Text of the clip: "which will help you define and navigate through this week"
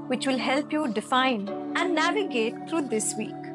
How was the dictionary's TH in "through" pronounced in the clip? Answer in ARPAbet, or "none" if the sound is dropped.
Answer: T